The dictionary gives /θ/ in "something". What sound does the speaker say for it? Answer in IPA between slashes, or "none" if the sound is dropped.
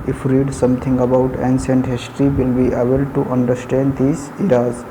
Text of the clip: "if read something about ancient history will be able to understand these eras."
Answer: /t/